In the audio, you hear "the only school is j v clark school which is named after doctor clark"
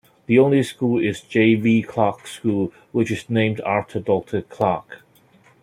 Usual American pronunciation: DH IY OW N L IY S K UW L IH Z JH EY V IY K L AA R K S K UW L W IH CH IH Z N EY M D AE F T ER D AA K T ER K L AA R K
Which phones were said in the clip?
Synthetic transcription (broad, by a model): DH IY OW N L IY S K UW L IH Z JH EY V IY K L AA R K S K UW L W IH CH IH Z N EY M D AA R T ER D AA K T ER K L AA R K